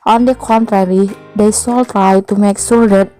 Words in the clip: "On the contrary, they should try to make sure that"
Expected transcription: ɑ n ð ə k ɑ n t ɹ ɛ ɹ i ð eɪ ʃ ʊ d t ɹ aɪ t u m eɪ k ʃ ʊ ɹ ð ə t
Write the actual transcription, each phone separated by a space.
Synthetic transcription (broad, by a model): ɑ n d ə k ɑ n t ɹ ɛ ɹ i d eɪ s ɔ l t ɹ aɪ t u m eɪ k s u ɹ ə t